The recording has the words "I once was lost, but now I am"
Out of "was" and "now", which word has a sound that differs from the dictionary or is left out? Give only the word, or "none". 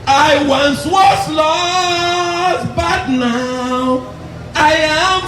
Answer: was